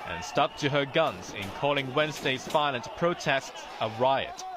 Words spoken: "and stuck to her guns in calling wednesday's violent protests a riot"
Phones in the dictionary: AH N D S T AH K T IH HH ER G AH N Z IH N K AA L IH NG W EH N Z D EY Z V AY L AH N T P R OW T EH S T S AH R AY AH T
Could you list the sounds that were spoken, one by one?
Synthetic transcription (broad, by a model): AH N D S T AH K T IH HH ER G AH N Z IH N K AA L IH NG W EH N Z D EY Z F AY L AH N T P R OW T EH S T S AH R AY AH T